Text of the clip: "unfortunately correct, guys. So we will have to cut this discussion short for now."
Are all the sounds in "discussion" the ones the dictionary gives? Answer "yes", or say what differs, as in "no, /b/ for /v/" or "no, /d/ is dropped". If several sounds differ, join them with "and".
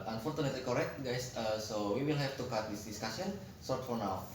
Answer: no, /s/ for /ʃ/